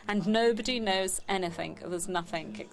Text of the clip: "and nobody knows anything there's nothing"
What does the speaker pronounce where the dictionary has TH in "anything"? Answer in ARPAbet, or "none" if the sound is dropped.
TH